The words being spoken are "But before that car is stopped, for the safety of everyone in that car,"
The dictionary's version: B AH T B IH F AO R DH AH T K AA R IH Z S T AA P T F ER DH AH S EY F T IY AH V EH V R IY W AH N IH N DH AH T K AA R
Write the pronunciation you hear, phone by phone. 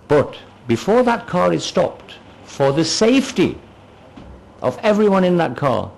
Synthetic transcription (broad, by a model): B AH T B IH F AO R DH AH T K AA R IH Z S T AA P T F ER DH AH S EY F T IY AH V EH V R IY W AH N IH N DH AH T K AA R